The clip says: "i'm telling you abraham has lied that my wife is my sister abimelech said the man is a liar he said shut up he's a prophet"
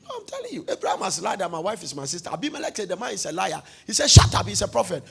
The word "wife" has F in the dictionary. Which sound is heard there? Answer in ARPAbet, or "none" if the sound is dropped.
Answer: F